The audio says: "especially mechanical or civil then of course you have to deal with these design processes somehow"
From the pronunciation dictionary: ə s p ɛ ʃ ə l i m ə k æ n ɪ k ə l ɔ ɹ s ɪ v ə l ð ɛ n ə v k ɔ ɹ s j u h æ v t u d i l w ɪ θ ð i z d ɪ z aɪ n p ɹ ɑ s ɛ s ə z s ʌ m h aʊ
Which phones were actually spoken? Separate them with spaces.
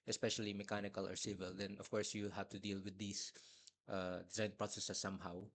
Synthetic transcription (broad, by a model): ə s p ɛ ʃ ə l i m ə k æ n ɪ k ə l ɔ ɹ s ɪ v ə l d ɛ n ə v k ɔ ɹ s j u h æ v t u d i l w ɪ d i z d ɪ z aɪ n p ɹ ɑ s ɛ s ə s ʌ m h aʊ